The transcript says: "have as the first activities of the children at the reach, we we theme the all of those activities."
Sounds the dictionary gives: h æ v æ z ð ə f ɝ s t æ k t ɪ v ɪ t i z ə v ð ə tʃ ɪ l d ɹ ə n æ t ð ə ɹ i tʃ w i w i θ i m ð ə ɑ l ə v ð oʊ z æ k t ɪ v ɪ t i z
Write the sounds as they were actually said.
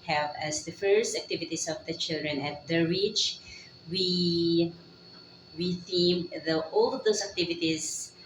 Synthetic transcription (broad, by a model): h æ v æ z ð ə f ɝ s t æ k t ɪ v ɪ t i s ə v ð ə tʃ ɪ l d ɹ ə n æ t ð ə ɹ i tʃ w i w i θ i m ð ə ɑ l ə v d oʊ s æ k t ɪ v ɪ t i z